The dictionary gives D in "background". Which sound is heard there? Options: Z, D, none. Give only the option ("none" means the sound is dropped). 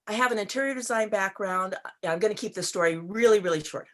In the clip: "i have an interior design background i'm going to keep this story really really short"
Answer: D